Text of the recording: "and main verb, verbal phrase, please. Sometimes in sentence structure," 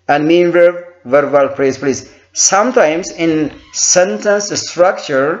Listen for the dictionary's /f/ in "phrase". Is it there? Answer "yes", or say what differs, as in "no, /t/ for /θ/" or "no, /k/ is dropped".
no, /p/ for /f/